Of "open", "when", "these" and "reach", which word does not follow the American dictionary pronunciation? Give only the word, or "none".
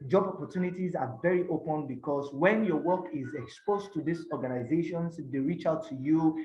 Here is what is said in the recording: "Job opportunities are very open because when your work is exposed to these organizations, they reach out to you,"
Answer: these